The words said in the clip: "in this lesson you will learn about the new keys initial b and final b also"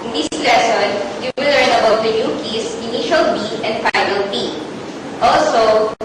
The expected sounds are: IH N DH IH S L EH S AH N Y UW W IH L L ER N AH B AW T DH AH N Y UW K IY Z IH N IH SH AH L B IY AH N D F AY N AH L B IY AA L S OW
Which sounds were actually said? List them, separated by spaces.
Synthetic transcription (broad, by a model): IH N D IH S L EH S AH N Y UW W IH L L ER N AH B AW T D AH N Y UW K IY S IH N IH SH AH L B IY AH N D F AY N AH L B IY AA L S OW